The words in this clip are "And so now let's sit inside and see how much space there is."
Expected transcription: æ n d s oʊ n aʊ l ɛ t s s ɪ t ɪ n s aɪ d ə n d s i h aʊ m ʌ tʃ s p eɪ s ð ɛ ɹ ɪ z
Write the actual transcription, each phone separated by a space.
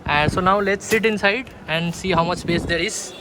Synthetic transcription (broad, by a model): s oʊ n aʊ l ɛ t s s ɪ t ɪ n s aɪ d ə n d s i h aʊ m ʌ tʃ s p eɪ s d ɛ ɹ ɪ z